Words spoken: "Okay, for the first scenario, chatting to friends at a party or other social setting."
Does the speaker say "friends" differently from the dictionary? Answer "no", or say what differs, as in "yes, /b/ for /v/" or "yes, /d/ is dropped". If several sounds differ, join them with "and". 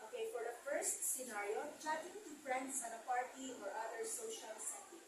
yes, /s/ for /z/